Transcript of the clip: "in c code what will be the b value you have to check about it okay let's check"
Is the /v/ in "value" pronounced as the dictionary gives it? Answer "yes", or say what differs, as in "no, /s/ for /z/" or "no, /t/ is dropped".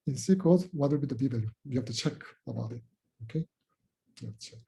no, /b/ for /v/